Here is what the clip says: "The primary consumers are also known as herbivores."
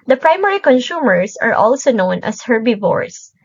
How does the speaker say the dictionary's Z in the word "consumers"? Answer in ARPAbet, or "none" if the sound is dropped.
S